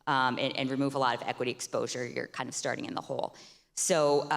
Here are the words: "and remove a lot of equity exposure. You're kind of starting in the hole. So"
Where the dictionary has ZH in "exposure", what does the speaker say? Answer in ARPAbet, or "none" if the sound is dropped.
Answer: ZH